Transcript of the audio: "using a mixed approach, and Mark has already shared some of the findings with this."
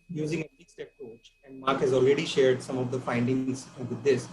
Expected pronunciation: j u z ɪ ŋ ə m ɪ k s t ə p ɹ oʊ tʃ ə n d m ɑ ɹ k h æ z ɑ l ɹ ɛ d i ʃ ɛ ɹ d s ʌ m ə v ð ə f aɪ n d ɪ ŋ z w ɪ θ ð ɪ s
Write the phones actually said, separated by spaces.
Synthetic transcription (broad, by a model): j u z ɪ ŋ ə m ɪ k s t ə p ɹ oʊ tʃ ə n d m ɑ ɹ k h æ z ɑ l ɹ ɛ d i ʃ ɛ ɹ d s ʌ m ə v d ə f aɪ n d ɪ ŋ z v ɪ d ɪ s